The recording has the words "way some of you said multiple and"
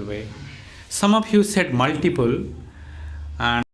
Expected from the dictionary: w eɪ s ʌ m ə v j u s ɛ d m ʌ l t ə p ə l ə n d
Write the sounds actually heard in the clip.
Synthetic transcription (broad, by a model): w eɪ s ʌ m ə p j u s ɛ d m ʌ l t ə p ə l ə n